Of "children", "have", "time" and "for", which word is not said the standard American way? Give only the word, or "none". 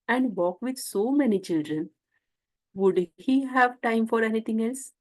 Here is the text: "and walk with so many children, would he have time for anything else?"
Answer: none